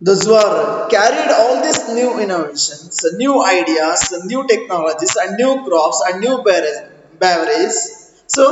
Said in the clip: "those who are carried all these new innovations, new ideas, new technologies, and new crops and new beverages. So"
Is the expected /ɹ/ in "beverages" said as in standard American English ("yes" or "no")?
no